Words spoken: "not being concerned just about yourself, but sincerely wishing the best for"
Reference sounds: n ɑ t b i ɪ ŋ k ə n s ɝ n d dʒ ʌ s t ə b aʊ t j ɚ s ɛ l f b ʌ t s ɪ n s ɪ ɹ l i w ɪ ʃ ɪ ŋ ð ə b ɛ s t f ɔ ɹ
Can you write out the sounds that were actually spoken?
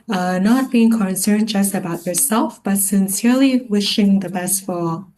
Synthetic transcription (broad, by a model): n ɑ t b i ɪ ŋ k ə n s ɝ n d dʒ ʌ s t ə b aʊ t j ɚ s ɛ l f b ʌ t s ɪ n s ɪ ɹ l i w ɪ ʃ ɪ ŋ ð ə b ɛ s t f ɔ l